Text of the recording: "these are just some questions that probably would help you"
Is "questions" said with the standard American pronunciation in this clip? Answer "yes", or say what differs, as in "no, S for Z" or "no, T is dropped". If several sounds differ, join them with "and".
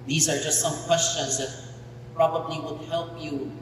yes